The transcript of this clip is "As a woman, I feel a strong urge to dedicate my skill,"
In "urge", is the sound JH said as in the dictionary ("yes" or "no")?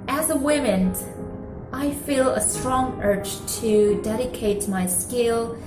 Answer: no